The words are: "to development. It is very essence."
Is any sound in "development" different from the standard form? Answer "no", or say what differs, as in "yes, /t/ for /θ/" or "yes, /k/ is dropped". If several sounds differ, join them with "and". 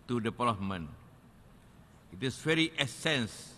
yes, /t/ is dropped